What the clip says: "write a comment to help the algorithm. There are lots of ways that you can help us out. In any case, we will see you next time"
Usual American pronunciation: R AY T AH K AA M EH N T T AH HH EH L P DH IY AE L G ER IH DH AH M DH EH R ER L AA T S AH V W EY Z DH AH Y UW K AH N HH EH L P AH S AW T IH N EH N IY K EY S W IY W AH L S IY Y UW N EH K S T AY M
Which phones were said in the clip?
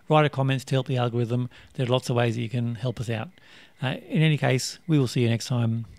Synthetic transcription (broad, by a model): R AY T AH K AA M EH N T T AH HH EH L P DH IY AE L G ER IH DH AH M DH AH R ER L AA T S AH V W EY Z DH AH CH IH K AH N HH EH L P AH S AW T IH N EH N IY K EY S W IY W AH L S IY Y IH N EH K S T AY M